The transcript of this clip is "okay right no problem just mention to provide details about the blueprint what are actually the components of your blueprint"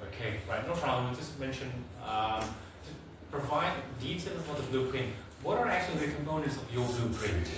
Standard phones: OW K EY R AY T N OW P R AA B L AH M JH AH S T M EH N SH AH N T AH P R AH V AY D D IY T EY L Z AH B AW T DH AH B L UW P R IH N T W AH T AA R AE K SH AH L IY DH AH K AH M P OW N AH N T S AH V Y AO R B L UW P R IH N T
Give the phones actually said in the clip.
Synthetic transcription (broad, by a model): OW K EY R AY T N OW F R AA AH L JH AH S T M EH N SH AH N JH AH P R AH V AY D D IY T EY L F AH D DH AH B L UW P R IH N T W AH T AA R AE K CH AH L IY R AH K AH M P OW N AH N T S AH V Y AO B L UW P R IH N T